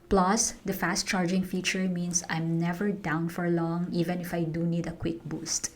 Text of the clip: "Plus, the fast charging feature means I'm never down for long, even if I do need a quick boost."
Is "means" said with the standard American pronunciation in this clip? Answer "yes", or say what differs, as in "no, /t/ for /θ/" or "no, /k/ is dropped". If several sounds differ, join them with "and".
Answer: no, /s/ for /z/